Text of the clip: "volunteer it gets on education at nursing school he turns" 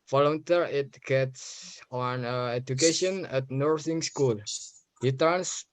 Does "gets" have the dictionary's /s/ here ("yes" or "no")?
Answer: yes